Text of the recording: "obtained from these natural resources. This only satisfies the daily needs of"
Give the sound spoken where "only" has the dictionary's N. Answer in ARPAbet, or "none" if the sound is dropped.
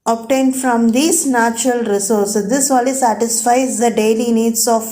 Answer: none